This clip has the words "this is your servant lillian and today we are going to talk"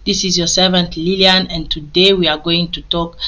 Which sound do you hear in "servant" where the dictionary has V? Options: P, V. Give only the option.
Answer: V